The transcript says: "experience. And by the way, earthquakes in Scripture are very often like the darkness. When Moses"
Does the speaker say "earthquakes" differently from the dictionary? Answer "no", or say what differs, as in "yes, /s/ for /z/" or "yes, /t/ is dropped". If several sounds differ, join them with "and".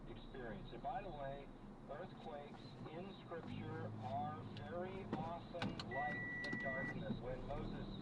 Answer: no